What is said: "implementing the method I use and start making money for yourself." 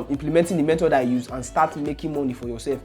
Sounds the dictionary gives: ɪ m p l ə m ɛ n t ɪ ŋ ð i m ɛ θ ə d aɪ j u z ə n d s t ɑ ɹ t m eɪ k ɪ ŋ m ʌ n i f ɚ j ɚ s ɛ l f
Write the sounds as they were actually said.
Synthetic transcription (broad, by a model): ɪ m p l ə m ɛ n t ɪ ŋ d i m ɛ t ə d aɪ j u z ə n s t ɑ t m eɪ k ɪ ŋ m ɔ n i f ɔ j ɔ s ɛ l f